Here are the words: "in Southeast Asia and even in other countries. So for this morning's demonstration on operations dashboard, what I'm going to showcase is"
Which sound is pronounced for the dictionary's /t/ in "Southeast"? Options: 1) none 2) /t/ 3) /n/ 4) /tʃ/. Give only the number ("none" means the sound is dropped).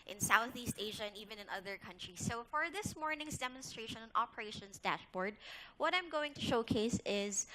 2